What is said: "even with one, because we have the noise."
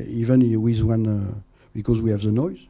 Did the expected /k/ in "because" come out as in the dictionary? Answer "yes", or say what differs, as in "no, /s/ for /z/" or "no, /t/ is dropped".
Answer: yes